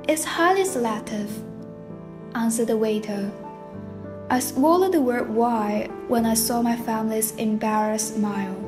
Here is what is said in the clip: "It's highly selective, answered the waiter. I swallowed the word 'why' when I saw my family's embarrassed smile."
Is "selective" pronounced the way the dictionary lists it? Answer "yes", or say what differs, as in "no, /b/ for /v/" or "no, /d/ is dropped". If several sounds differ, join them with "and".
no, /k/ is dropped